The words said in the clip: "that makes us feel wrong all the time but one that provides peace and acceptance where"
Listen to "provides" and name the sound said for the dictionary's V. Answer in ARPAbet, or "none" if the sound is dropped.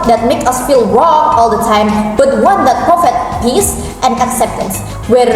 F